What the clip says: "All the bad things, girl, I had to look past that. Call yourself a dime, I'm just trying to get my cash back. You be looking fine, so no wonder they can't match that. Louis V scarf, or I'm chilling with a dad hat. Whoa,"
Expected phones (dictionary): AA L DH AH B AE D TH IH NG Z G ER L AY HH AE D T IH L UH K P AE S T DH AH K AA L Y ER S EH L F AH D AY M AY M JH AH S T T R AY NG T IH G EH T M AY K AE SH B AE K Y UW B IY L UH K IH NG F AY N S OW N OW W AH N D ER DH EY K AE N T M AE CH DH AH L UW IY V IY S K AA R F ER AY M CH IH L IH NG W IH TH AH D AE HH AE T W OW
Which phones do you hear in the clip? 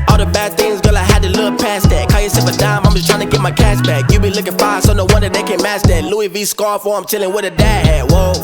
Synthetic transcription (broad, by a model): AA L DH AH B AE D TH IH NG Z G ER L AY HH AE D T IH L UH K P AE S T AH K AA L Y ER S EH F AH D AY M AY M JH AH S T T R AY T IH G EH T M AY K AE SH B AE K Y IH B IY L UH K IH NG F AY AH S OW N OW W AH N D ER DH EY K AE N M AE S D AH L UW IY V IY S K AA R F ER AY M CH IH L IH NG W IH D AH D AE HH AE W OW